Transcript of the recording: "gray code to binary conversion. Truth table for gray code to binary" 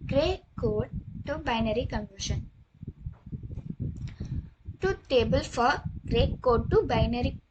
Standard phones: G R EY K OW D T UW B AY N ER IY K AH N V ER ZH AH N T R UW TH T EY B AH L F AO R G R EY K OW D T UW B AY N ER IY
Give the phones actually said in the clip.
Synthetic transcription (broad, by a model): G R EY K OW D T UW B AY N ER IY K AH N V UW SH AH N T UW T EY B AH L F AO R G R EY K OW D T UW B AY N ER IY